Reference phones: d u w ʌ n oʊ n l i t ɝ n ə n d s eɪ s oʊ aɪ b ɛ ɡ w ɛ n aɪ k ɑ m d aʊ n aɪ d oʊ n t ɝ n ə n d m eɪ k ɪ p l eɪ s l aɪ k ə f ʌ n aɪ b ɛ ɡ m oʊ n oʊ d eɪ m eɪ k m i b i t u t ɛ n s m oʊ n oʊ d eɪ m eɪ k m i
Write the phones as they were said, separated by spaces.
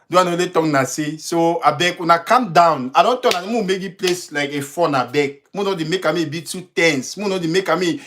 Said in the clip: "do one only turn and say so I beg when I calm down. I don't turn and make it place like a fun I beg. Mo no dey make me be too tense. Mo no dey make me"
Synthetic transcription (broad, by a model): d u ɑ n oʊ l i t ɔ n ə s eɪ s oʊ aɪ b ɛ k w ɛ n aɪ k ɑ m d aʊ n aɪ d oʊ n t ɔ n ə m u m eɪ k ɪ p l eɪ s l aɪ k ə f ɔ n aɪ b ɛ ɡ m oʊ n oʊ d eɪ m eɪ k m i b i t u t ɛ n s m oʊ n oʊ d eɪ m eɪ k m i